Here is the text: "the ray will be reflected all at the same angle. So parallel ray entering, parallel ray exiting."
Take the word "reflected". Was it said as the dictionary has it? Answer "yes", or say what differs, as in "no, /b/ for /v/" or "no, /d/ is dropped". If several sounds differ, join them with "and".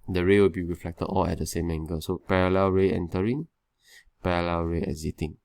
yes